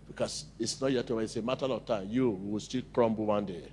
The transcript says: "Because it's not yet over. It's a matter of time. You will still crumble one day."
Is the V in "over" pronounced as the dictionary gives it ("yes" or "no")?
no